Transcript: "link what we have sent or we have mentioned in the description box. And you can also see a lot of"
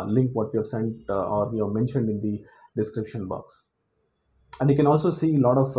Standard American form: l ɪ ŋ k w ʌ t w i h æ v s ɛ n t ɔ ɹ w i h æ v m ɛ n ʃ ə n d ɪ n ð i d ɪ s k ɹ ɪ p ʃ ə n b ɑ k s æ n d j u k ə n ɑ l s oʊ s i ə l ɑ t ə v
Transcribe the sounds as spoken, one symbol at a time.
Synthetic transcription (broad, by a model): l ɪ ŋ k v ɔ t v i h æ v s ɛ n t ɔ ɹ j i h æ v m ɛ n ʃ ə n d ɪ n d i d ɪ s k ɹ ɪ p ʃ ə n b ɑ k s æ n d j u k ə n ɑ l s oʊ s i l ɑ t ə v